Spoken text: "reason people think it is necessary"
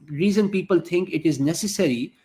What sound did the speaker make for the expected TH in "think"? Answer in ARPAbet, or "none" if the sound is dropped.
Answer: T